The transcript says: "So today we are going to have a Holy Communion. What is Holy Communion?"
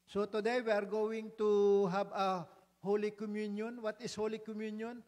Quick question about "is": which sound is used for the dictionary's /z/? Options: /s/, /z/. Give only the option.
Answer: /s/